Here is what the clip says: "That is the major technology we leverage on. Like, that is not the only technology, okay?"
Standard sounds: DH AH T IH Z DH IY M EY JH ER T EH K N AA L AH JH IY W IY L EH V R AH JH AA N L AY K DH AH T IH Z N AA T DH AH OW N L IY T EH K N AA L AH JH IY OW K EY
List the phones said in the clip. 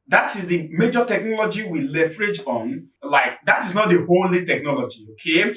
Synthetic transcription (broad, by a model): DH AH T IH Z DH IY M EY JH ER T EH K N AA L AH JH IY W IY L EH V R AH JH AA N L AY K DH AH T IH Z N AA T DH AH OW L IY T EH K N AA L AH JH IY OW K EY